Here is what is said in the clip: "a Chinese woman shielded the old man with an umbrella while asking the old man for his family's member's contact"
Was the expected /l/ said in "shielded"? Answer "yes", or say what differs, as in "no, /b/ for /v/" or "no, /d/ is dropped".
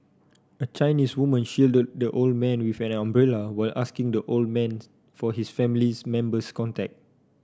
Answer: yes